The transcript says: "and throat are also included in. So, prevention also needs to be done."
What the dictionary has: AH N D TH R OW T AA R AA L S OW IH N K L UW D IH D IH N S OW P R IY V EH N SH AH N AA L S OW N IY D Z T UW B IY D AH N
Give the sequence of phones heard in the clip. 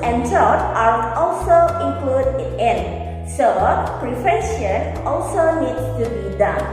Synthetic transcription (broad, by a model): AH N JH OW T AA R AA L S OW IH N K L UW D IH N IH N S OW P R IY F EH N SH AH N AA L S OW N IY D S T UW B IY D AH N